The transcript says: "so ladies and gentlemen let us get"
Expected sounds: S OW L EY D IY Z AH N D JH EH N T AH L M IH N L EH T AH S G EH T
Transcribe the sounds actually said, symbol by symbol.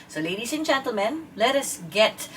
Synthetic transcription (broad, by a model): S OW L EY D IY S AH N JH EH N T AH L M IH N L EH T AH S G EH T